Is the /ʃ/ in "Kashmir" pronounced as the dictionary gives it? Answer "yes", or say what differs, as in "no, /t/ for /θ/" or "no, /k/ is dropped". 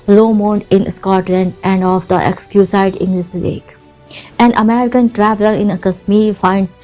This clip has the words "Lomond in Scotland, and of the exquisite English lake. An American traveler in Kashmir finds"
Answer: no, /s/ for /ʃ/